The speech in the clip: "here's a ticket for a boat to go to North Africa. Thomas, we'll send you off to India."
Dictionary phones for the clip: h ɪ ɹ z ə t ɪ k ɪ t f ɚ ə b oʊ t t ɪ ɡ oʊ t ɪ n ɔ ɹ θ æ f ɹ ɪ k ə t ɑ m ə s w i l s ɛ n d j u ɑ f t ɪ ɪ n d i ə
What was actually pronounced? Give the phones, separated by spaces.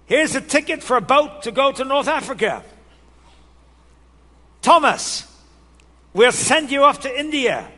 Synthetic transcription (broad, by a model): h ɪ ɹ z ə t ɪ k ɪ t f ɚ ə b oʊ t t ɪ ɡ oʊ t ɪ n ɔ ɹ θ æ f ɹ ɪ k ə t ɑ m ə s w i l s ɛ n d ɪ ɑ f t ɪ ɪ n d i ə